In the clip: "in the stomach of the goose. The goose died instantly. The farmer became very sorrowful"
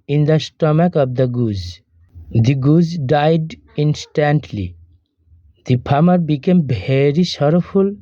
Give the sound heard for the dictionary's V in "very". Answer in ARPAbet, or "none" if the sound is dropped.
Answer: B